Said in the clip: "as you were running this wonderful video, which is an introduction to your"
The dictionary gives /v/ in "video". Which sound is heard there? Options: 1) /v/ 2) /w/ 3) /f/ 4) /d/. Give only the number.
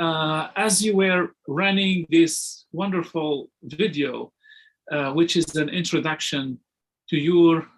1